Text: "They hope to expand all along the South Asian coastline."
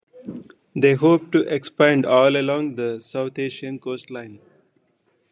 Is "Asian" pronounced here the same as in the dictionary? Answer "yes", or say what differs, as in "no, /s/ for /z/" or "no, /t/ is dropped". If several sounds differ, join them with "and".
no, /ʃ/ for /ʒ/